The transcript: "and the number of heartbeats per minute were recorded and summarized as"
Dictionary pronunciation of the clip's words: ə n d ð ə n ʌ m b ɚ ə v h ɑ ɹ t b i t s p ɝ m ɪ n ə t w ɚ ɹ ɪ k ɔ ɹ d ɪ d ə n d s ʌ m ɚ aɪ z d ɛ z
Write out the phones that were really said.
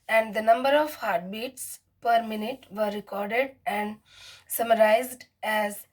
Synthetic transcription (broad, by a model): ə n d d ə n ʌ m b ɚ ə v h ɑ ɹ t b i t s p ɝ m ɪ n ə t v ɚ ɹ ɪ k ɔ ɹ d ɪ d ə n d s ʌ m ɚ aɪ z d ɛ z